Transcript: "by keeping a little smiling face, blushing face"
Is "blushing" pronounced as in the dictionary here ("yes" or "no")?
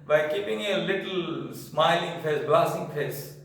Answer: no